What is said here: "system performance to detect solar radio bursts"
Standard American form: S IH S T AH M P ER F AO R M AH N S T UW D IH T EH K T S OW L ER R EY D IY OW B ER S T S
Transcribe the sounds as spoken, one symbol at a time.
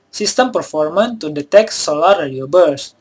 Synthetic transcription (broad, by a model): S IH S T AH M P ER F AO R M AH N T UW D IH T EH K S OW L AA R EY D IY OW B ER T S